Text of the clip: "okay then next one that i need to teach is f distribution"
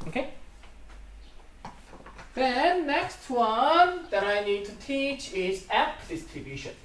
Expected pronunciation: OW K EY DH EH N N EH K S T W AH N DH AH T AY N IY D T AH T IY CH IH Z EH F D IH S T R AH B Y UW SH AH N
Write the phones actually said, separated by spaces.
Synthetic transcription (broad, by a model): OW K EY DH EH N N EH K S T W AH N DH AH T AY N IY D T AH T IY CH IH Z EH P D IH S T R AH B Y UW SH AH N